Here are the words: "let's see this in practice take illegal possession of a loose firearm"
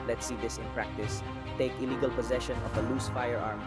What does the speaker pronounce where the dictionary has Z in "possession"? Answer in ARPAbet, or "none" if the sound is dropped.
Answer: Z